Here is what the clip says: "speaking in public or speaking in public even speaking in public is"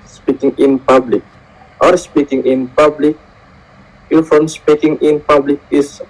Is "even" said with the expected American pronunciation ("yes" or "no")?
no